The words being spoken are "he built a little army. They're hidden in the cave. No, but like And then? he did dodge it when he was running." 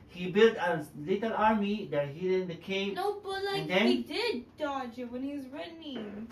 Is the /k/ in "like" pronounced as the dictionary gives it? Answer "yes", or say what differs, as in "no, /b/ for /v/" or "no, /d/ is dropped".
no, /k/ is dropped